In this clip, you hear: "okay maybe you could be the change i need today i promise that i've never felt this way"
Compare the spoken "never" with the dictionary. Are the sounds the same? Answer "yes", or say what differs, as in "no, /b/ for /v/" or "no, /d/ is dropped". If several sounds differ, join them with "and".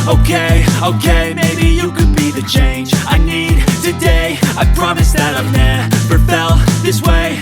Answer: no, /p/ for /v/